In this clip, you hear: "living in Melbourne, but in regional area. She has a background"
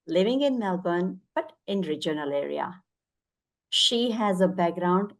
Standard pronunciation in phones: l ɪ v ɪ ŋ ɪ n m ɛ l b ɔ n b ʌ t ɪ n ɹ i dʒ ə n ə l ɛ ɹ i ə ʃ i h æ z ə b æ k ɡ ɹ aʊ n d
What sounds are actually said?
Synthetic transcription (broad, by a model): l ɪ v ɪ ŋ ɪ n m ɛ l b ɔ n b ʌ t ɪ n ɹ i dʒ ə n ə l ɛ ɹ i ə ʃ i h æ z ə b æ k ɡ ɹ aʊ n d